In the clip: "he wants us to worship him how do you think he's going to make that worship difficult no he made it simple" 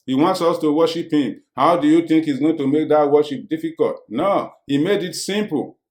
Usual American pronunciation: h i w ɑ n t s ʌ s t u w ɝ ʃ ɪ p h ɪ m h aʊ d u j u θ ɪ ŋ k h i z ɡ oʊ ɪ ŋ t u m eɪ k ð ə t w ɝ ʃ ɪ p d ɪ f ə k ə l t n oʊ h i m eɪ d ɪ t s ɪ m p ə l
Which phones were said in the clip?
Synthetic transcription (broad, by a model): h i w ɑ n t s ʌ s t u w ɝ ʃ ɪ p h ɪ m h aʊ d u j u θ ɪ ŋ k h i z ɡ oʊ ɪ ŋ t u m eɪ k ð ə t w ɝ ʃ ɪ p d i f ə k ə l t n oʊ h i m eɪ d ɪ t s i m p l